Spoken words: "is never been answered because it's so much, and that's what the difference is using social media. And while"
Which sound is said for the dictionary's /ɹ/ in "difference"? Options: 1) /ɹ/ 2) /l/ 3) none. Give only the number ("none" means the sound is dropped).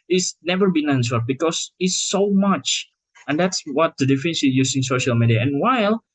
3